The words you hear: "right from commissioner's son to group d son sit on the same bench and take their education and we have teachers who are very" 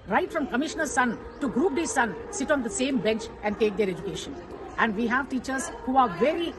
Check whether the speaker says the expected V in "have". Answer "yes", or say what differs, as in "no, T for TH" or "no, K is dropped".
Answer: yes